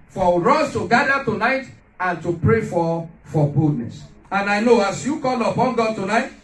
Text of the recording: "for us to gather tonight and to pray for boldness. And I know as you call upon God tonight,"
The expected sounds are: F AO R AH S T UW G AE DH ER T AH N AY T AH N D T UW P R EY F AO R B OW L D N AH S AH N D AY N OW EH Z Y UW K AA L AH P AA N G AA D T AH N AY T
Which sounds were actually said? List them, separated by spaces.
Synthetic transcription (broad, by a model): F AO R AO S T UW G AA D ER T AH N AY T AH N T UW P R EY F AO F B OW D N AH S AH N AY N OW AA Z Y UW K AA L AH P AA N G AA D T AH N AY T